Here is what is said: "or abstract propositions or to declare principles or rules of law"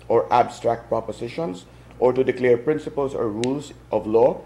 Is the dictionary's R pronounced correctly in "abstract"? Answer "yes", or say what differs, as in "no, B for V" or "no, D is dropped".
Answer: yes